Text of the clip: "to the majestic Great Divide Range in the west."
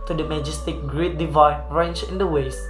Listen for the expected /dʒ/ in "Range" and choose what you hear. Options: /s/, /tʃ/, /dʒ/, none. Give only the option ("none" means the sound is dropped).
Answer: /tʃ/